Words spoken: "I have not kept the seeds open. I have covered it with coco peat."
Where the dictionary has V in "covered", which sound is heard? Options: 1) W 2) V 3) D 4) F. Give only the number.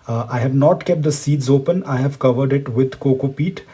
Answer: 2